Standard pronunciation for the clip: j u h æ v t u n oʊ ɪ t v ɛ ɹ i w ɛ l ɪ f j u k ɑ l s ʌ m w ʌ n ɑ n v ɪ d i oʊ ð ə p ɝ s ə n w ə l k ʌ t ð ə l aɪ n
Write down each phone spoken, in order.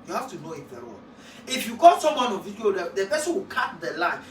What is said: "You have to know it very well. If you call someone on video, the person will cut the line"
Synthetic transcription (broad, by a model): j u h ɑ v t u n oʊ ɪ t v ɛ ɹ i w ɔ n ɪ f j u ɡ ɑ s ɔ m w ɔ n ɑ n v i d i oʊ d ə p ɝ s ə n w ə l k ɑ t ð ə l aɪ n